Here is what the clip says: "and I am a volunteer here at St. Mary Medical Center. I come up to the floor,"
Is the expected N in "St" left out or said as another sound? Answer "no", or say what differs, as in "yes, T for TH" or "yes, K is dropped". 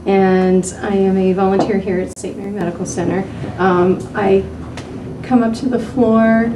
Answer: yes, N is dropped